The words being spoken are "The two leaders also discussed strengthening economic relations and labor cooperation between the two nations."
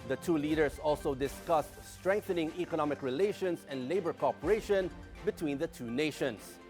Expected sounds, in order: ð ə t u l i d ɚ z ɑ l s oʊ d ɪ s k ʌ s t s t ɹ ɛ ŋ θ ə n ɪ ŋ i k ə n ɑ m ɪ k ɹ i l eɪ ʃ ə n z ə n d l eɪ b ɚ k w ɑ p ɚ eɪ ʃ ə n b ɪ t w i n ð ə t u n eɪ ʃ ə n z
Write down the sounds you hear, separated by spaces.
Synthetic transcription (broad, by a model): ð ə t u l i d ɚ s ɑ l s oʊ d ɪ s k ʌ s t s t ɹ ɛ ŋ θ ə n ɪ ŋ i k ə n ɑ m ɪ k ɹ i l eɪ ʃ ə n s ə n d l eɪ b ɚ k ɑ p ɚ eɪ ʃ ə n b ɪ t w i n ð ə t u n eɪ ʃ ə n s